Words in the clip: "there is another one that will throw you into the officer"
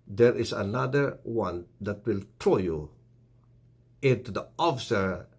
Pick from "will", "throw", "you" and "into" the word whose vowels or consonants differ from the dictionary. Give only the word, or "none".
throw